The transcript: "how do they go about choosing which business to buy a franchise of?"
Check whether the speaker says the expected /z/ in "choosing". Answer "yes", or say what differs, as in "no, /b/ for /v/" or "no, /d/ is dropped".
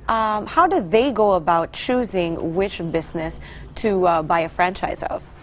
yes